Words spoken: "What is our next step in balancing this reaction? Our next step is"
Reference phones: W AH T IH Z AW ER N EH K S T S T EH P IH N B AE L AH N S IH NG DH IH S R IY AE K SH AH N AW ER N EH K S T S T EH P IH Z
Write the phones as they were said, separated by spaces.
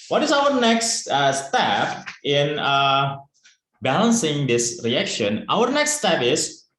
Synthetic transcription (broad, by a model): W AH T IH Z AW ER N EH K S T S T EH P IH N B AE L AH N S IH NG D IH S R IY AE K SH AH N AW ER N EH K S T S T EH P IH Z